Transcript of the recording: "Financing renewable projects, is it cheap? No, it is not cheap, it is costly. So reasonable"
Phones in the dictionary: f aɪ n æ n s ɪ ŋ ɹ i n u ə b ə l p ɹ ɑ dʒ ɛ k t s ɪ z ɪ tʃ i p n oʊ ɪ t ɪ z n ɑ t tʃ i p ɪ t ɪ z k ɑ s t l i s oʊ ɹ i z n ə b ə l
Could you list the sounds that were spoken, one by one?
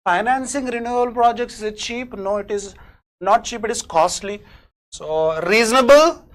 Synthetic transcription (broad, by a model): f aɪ n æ n s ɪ ŋ ɹ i n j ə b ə l p ɹ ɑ dʒ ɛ k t s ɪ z ɪ tʃ i p n oʊ ɪ t ɪ z n ɑ t tʃ i p ɪ t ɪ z k ɑ s t l i s oʊ ɹ i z n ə b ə l